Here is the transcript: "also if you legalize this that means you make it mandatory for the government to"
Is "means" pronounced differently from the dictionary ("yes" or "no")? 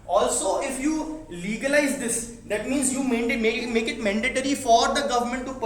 no